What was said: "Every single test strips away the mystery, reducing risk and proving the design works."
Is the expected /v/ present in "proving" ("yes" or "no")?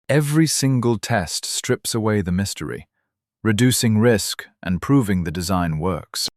yes